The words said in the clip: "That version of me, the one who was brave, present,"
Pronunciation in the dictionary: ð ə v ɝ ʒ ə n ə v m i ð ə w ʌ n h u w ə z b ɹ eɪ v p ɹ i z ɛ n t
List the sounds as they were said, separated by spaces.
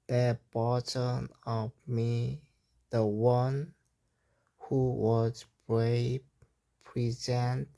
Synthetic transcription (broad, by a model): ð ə b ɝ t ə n ə v m i ð ə w ʌ n h u w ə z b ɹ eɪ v p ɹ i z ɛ n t